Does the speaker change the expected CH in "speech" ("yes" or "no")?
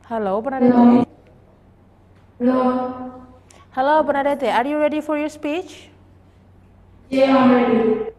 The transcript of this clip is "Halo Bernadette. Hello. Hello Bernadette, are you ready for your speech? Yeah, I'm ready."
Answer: no